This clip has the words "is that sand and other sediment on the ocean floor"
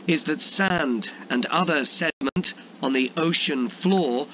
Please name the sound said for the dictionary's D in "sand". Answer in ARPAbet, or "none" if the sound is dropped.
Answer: D